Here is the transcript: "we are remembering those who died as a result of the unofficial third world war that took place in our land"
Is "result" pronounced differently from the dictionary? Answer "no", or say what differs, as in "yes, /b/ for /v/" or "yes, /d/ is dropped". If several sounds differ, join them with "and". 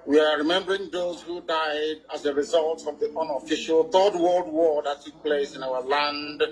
no